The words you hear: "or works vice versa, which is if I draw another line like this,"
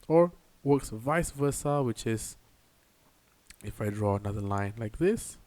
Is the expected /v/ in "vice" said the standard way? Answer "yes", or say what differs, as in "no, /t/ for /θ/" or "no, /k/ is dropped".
yes